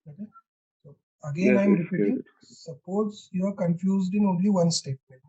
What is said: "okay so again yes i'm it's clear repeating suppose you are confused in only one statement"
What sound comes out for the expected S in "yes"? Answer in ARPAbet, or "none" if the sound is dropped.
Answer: none